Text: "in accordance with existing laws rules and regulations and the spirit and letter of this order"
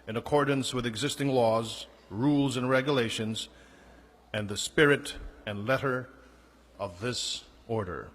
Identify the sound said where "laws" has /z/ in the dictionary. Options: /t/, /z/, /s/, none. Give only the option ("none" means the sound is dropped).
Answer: /z/